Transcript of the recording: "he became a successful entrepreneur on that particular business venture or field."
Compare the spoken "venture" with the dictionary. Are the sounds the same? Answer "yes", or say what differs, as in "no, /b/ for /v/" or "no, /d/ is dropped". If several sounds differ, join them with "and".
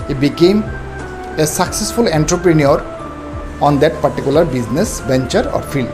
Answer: no, /b/ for /v/